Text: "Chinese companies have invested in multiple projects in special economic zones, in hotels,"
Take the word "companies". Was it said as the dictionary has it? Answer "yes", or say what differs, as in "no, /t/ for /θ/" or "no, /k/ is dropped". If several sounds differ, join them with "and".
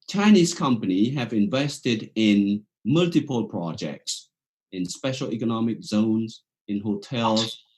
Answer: no, /z/ is dropped